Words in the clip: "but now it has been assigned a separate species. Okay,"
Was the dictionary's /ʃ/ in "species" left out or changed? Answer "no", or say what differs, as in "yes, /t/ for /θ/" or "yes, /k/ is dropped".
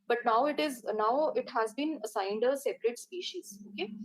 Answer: no